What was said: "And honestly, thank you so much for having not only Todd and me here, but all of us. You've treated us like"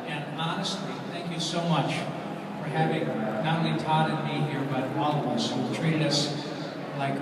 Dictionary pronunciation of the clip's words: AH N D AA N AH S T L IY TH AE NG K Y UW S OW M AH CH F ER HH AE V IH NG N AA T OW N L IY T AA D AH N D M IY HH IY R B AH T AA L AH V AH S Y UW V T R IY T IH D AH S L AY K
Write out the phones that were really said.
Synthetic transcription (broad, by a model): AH N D AA N AH S T L IY TH AE NG K Y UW S OW M AH CH F ER HH AE V IH NG N AA T OW N L IY T AA D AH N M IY HH IY R B AH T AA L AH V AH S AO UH W T R IY T IH D AH S L AY K